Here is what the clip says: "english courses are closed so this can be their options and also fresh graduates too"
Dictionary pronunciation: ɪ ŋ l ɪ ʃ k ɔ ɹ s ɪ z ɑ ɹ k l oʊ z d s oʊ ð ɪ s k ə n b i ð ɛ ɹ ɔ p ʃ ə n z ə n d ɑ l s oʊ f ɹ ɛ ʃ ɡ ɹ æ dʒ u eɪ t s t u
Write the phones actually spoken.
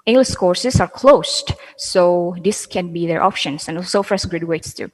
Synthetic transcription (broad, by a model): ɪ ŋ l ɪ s k ɔ ɹ s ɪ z ɑ ɹ k l oʊ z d s oʊ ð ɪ s k ə n b i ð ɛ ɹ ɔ p ʃ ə n s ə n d ɑ l s oʊ f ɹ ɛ s ɡ ɹ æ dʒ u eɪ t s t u